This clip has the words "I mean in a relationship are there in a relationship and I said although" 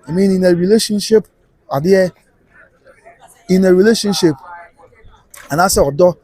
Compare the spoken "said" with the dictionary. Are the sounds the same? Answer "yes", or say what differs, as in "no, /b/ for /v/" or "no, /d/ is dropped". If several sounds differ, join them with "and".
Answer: no, /d/ is dropped